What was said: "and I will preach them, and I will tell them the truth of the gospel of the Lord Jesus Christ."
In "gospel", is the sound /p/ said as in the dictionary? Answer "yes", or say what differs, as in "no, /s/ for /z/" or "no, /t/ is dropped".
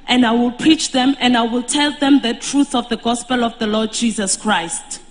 yes